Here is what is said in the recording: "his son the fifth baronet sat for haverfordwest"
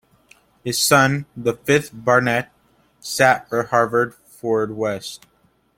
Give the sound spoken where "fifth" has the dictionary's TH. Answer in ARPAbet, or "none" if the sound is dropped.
TH